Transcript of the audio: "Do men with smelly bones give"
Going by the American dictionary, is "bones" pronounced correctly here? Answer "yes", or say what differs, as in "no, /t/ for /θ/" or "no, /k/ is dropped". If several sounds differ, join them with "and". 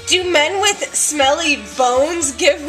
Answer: yes